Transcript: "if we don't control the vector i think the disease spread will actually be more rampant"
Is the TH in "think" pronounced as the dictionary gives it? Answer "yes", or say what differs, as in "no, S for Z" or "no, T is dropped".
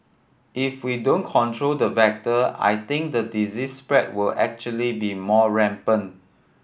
no, T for TH